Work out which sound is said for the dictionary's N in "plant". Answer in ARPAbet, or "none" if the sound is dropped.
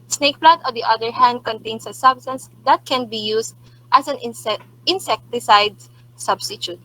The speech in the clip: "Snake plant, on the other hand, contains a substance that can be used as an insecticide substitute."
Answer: none